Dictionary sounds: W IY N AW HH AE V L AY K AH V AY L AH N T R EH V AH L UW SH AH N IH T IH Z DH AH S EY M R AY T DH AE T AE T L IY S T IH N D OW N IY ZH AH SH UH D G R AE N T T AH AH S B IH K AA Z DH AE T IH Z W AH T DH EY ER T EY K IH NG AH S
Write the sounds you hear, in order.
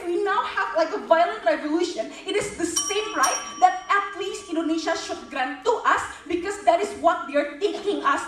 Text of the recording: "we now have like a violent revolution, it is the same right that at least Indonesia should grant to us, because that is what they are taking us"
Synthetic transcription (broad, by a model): W IY N AW HH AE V L AY K AH V AY L AH N T R EH V AH L UW SH AH N IH T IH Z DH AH S EY M R AY T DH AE T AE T L IY S T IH N D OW N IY SH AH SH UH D G R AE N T T AH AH S B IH K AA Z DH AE T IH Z W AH T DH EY ER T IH K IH NG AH S